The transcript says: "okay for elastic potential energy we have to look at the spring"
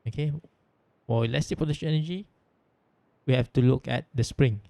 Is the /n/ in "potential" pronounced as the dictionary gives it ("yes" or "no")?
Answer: no